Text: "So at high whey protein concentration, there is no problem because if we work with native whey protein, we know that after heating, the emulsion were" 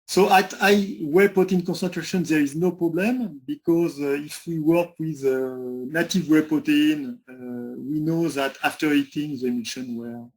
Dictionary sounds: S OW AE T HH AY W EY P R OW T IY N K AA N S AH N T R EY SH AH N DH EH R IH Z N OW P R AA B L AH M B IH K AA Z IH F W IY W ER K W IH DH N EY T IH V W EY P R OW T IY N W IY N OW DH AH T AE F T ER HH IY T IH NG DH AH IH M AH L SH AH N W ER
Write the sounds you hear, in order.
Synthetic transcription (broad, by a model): S OW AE T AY W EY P OW T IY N K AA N S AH N T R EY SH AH N DH EH R IH Z N OW P R AA B L AH M B IH K AA Z IH F W IY W ER K W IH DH N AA T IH V W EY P OW T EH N W IY N OW DH AH T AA F T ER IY T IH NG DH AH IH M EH SH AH N W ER